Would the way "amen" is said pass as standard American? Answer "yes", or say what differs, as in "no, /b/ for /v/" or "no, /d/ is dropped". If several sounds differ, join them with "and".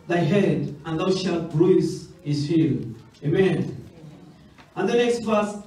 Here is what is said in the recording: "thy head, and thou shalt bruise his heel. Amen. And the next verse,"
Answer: yes